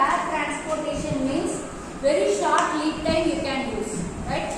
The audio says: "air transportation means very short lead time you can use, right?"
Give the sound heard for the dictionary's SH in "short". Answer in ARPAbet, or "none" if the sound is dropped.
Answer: SH